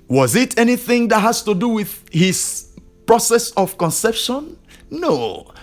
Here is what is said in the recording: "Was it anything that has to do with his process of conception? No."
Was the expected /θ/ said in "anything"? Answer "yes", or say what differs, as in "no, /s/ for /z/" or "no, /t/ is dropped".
yes